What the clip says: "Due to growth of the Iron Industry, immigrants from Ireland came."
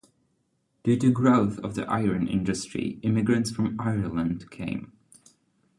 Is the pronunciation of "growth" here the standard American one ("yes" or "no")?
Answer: yes